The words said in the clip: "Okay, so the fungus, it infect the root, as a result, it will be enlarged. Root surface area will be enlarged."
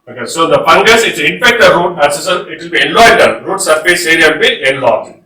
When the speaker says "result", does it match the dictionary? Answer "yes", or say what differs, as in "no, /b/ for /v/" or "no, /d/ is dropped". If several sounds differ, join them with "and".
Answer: no, /l/ is dropped